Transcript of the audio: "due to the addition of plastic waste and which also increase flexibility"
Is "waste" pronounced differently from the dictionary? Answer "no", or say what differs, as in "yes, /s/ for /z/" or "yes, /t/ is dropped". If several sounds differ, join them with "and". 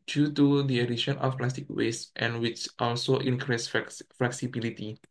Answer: no